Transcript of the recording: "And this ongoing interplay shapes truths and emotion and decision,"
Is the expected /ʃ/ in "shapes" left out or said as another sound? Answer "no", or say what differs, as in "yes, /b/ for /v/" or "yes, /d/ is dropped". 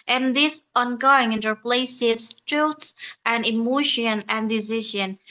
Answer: yes, /s/ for /ʃ/